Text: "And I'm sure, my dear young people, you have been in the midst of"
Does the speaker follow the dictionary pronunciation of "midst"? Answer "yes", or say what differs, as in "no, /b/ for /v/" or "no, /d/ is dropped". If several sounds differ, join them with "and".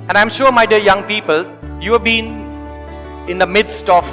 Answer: yes